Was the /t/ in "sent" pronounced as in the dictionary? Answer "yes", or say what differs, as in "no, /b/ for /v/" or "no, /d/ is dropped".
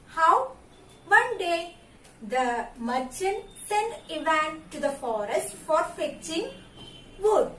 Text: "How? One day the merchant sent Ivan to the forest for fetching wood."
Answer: no, /t/ is dropped